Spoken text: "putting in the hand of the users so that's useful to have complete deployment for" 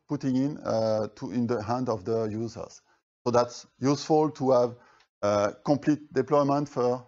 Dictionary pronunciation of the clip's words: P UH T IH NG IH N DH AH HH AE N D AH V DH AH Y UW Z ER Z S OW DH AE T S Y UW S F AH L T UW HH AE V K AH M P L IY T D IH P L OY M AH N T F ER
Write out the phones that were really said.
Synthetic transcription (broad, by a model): P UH T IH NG IH N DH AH HH AE N D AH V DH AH Y UW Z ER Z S OW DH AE T S Y UW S F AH L T UW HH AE V K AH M P L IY T D IH P L OY M AH N T F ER